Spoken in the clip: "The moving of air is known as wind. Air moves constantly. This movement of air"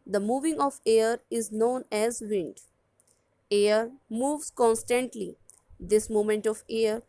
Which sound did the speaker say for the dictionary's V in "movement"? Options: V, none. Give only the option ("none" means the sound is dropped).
none